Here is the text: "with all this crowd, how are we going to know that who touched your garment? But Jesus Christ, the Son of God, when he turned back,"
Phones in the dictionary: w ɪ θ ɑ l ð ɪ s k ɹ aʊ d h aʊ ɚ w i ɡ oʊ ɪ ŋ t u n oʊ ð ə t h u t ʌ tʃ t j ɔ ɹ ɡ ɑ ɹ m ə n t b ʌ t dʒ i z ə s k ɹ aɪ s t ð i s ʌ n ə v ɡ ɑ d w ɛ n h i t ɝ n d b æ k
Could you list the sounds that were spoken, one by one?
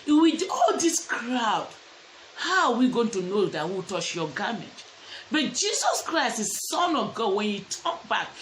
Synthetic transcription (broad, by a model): w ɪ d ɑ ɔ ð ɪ s k ɹ aʊ d h aʊ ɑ w i ɡ oʊ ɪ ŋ t u n oʊ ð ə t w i t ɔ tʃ j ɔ ɡ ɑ m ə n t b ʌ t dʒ i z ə s k ɹ aɪ s t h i s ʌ n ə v ɡ ɑ d w ɛ n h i t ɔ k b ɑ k